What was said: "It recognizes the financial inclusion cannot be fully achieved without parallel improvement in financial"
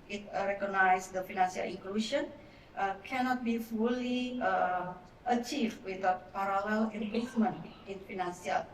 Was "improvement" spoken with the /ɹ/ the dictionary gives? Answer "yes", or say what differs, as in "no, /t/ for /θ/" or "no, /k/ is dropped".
no, /l/ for /ɹ/